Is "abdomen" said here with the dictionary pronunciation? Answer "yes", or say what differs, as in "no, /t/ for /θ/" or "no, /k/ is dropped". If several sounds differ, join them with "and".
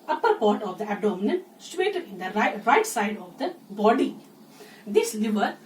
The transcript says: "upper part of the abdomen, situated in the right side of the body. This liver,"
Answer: no, /b/ is dropped